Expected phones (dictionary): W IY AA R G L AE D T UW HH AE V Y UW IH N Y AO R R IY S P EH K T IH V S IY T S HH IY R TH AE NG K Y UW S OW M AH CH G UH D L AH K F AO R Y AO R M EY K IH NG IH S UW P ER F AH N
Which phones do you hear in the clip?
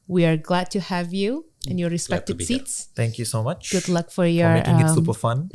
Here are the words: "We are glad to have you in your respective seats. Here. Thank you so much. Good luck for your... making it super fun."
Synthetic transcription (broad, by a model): W IY AA R G L AE D T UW HH AE V Y UW IH N Y AO R R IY S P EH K T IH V S IY T S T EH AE NG K Y UW S OW M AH CH G UH D L AH K F AO R Y AO R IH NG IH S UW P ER F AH N